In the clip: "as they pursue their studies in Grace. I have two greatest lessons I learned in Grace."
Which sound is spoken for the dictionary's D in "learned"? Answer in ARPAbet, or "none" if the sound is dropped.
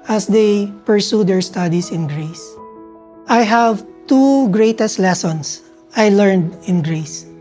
D